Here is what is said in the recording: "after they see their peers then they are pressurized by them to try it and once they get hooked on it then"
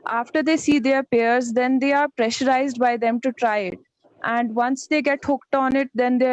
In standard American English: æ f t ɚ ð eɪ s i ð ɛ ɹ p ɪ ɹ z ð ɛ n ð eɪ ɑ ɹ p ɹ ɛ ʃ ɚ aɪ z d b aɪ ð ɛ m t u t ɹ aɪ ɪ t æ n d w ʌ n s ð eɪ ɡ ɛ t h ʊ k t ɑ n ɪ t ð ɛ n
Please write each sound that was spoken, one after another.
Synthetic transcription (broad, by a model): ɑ f t ɚ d eɪ s i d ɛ ɹ p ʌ ɹ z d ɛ n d eɪ ɑ ɹ p ɹ ɛ ʃ ɚ aɪ z d b aɪ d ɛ m t u t ɹ aɪ ɪ t æ n d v ʌ n s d eɪ ɡ ɛ t h ʊ k t ɑ n ɪ t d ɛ n